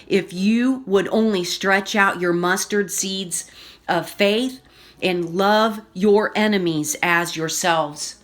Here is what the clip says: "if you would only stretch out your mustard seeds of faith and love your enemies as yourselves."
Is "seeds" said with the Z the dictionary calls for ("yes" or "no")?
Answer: yes